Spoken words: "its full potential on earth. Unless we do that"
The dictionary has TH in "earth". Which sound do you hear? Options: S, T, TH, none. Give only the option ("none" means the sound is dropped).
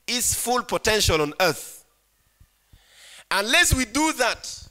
TH